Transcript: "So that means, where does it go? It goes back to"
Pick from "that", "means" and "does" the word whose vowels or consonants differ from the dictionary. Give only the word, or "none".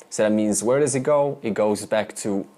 none